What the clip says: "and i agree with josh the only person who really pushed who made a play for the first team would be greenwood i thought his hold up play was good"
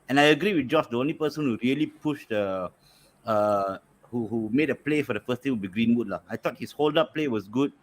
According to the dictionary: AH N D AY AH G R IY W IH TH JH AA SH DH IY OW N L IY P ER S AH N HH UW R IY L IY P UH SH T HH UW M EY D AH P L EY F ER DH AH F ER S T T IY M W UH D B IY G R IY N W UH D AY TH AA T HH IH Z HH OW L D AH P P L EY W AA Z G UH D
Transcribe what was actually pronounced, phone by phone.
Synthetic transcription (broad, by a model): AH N AY AH G R IY W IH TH JH AA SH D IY OW N L IY P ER S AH N HH UW R IY L IY P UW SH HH HH UW M EY D AH P L EY F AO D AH F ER S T T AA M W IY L B IY G R IY N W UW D AY T AA T HH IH S HH OW L D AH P P L EY W AA S G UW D